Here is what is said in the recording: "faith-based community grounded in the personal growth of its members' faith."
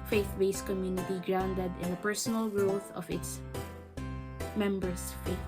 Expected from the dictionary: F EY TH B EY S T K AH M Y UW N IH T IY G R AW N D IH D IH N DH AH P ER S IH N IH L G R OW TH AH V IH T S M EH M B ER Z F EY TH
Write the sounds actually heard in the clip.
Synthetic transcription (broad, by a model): F EY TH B EY S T K AH M Y UW N IH T IY G R AW N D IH D IH N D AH P ER S IH N IH L G R OW TH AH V IH T S M EH M B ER S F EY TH